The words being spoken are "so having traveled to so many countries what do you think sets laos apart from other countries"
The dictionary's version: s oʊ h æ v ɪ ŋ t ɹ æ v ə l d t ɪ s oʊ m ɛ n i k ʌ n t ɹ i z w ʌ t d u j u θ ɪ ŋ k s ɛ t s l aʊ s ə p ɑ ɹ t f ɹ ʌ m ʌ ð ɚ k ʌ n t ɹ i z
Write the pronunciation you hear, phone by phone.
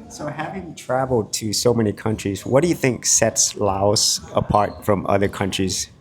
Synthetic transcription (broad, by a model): s oʊ h æ v ɪ ŋ t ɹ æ v l d t ɪ s oʊ m ɛ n i k ʌ n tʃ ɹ i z w ʌ t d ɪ j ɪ θ ɪ ŋ k s ɛ t s l aʊ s ə p ɑ ɹ t f ɹ ʌ m ʌ ð ɚ k ʌ n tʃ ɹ i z